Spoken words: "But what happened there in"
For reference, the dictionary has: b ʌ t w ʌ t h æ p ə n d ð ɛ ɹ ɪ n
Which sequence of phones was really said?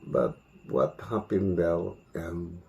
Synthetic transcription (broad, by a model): b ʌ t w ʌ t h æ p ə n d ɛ l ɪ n